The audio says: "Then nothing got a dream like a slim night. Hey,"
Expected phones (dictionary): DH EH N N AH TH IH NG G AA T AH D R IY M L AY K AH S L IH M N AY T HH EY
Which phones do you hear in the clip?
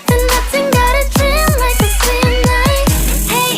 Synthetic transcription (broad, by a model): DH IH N N AH TH IH NG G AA T AH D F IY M L AY K AH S IH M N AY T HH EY